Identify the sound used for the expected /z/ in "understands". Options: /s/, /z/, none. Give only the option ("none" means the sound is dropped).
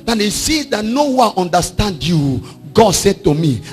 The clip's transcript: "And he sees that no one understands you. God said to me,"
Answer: none